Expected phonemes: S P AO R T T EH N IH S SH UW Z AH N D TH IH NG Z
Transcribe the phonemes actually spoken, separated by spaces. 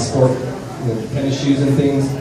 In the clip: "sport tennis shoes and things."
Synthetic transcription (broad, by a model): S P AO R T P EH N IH SH UW Z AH N TH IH NG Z